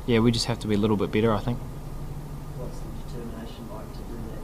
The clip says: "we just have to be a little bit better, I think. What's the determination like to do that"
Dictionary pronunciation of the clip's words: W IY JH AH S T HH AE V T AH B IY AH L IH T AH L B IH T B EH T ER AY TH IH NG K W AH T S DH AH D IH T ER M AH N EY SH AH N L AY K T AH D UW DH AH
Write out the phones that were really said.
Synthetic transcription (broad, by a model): W IY JH AH S T HH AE F T AH B IY AH L IH T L B IH T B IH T ER AY TH IH NG K W AH T S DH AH D IH T ER M AH N EY SH AH N L AY K T AH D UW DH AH